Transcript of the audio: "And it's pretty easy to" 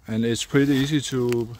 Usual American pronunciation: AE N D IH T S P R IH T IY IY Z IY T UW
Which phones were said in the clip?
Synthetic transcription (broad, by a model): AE N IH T S P R IH T IY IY S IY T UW